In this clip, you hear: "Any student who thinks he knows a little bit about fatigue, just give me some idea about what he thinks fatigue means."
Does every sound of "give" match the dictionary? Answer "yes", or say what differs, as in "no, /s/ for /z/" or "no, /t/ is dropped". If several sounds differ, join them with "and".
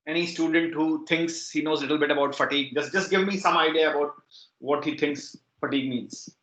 yes